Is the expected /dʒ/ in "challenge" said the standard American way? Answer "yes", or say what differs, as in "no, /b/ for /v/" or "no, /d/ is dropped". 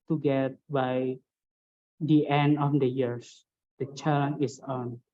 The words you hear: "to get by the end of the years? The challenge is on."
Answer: no, /dʒ/ is dropped